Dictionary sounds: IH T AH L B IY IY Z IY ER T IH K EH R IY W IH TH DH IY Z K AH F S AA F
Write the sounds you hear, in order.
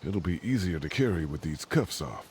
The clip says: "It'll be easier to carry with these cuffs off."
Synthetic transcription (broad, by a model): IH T L B IY IY Z IY ER T IH K EH R IY W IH DH IY Z K AH F S AA F